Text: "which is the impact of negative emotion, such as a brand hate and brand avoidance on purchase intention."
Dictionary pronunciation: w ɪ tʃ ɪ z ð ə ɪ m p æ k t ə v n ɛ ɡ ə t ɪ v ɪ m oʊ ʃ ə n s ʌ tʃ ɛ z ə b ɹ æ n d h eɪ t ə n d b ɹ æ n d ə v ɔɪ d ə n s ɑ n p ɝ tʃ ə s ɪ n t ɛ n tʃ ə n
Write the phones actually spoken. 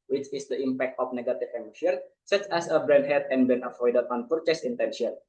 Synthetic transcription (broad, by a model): w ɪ tʃ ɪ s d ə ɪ m p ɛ k t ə f n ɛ ɡ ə t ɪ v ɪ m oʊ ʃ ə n s ʌ tʃ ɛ s ə b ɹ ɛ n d h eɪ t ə n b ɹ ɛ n ə f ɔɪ d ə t ɑ n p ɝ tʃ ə s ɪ n t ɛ n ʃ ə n